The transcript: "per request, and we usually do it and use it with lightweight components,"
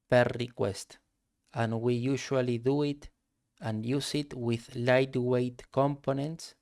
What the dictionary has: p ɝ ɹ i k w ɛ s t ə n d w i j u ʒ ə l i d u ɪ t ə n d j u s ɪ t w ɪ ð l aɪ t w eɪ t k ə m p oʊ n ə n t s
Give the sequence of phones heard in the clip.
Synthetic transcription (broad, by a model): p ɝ ɹ i k w ɛ s t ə n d w i j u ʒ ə l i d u ɪ t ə n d j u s ɪ t w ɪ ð l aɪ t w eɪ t k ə m p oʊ n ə n t s